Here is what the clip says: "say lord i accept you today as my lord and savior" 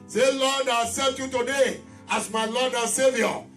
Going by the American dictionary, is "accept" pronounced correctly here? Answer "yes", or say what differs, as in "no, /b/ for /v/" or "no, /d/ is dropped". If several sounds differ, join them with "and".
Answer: no, /k/ is dropped and /p/ is dropped